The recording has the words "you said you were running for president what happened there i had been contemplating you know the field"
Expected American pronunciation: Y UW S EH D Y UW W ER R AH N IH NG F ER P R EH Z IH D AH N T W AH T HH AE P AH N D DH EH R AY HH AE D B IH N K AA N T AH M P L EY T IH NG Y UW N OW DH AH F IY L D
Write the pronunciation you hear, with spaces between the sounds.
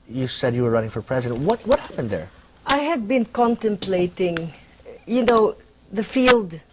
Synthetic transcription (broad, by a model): Y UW S EH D Y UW W ER R AH N IH NG F ER P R EH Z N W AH T W AH T HH AE P AH N D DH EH R AY HH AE D B IH N K AA N T AH M P L EY T IH NG Y UW N OW DH AH F IY L D